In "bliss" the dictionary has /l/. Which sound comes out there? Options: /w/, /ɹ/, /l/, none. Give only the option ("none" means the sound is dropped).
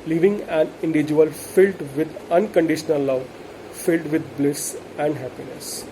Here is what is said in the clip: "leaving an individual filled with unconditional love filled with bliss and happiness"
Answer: /l/